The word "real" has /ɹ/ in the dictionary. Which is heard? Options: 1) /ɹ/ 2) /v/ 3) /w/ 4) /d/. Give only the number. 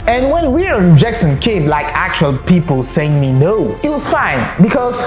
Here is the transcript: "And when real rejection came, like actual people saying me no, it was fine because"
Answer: 3